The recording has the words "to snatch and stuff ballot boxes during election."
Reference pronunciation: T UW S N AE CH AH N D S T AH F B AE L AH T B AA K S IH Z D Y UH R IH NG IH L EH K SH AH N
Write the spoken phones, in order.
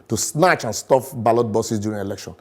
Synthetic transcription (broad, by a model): T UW S N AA CH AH N S T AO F B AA L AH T B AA S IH S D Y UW R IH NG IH L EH K SH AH N